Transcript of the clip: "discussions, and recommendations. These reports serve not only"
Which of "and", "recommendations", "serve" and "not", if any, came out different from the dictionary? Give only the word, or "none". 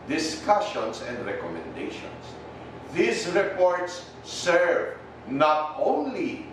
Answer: recommendations